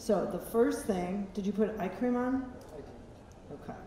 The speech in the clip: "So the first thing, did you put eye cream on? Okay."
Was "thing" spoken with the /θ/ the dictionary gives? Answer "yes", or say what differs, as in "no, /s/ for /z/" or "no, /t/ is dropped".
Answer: yes